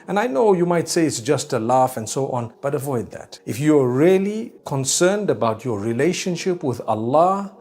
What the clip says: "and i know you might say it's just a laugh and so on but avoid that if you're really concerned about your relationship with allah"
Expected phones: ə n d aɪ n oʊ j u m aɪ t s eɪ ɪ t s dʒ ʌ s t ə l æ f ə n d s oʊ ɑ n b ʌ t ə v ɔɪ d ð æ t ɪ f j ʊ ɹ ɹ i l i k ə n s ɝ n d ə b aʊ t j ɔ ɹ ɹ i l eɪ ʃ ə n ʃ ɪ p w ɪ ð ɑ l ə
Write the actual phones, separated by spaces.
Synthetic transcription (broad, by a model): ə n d aɪ n oʊ j u m aɪ t s eɪ ɪ t s dʒ ʌ s t ə l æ f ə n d s oʊ ɑ n b ʌ t ə v ɔɪ d ð æ t ɪ f j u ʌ ɹ i l i k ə n s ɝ n d ə b aʊ t j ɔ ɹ ɹ i l eɪ ʃ ə n ʃ ɪ p w ɪ ð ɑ l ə